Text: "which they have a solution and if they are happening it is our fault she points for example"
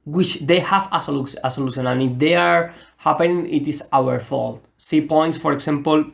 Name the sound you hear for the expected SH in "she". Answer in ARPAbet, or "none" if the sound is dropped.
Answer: S